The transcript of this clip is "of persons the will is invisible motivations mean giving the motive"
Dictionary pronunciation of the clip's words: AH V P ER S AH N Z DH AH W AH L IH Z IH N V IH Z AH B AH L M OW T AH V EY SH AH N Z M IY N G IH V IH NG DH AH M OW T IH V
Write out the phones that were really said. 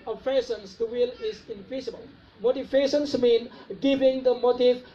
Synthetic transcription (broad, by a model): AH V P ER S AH N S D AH W AH L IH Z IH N P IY S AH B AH L M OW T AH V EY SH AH N S M IY N G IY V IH NG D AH M OW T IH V